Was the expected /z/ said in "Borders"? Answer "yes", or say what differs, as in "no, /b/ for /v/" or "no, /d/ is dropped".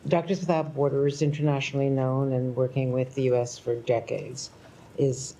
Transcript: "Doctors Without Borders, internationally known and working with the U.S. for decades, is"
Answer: yes